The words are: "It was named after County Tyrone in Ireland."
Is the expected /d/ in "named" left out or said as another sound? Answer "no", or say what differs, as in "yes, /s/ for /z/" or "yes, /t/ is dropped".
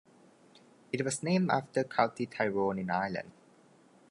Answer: yes, /d/ is dropped